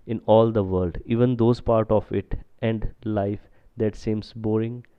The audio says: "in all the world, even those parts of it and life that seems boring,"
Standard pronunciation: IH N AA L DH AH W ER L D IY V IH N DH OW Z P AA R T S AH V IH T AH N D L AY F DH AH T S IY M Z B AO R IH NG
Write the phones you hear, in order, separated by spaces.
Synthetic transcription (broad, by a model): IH N AA L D AH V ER L D IY V IH N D OW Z P AA R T AH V IH T AH N D L AY F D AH T S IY M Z B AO R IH NG